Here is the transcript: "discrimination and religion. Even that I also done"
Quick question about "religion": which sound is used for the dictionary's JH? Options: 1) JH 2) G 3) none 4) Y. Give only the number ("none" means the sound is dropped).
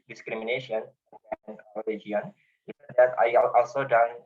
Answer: 3